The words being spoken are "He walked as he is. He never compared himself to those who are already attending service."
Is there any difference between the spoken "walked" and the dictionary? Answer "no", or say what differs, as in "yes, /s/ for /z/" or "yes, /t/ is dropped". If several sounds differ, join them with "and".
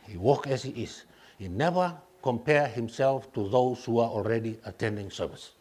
yes, /t/ is dropped